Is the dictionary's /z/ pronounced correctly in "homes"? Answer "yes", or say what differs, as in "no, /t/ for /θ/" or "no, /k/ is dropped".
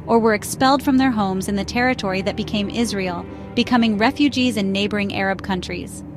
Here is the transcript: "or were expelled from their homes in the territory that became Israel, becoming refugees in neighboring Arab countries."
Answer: yes